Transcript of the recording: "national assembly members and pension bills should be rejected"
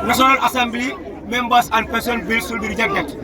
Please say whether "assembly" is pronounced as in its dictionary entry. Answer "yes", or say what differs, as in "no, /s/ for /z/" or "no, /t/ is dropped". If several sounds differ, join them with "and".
yes